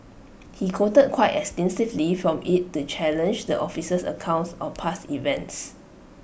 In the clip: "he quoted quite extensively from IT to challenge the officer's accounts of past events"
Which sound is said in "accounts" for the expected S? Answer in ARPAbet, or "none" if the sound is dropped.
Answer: S